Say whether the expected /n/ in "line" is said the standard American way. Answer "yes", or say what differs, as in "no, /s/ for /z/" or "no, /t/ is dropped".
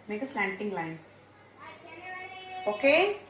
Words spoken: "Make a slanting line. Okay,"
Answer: yes